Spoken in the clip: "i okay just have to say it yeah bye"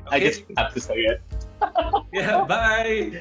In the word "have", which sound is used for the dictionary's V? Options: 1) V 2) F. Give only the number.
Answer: 2